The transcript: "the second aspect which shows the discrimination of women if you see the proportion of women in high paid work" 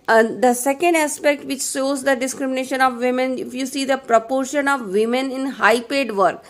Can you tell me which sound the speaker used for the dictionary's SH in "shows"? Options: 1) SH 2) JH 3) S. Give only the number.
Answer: 3